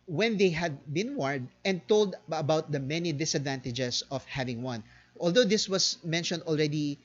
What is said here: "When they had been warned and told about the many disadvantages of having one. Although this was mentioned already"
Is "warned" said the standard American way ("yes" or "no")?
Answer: no